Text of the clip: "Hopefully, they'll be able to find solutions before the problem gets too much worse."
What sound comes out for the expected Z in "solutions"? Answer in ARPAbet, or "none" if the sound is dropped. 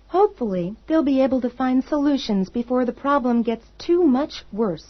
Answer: Z